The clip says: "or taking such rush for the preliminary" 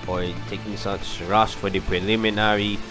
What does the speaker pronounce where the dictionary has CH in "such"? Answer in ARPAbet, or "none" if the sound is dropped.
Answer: S